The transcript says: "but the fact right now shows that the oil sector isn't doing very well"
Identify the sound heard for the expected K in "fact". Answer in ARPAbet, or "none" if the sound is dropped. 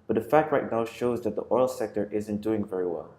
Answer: K